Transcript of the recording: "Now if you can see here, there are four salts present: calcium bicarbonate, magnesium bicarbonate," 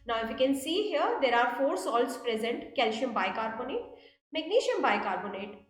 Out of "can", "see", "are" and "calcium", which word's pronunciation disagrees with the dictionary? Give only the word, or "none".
calcium